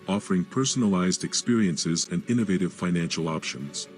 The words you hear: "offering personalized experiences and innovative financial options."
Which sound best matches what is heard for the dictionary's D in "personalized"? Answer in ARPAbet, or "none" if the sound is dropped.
D